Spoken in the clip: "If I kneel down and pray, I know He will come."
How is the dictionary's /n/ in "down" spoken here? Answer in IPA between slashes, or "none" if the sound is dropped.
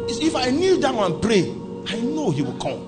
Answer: none